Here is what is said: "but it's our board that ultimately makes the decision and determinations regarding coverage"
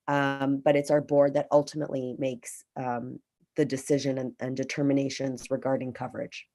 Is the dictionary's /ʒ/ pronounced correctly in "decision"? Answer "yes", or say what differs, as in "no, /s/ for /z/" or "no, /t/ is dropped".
yes